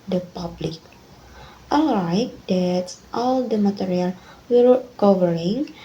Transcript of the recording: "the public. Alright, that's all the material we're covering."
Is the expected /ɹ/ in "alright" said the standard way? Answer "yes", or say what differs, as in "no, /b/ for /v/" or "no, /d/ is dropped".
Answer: no, /ɹ/ is dropped